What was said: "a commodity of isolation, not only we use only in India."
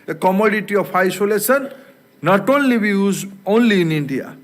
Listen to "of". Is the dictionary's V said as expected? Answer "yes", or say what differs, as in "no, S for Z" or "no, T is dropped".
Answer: no, P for V